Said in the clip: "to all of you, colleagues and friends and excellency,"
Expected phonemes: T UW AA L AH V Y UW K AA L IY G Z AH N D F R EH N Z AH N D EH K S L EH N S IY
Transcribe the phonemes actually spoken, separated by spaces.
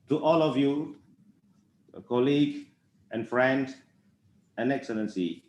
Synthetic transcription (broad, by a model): T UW AA L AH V Y UW K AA L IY G AH N F R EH N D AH N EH K S L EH N S IY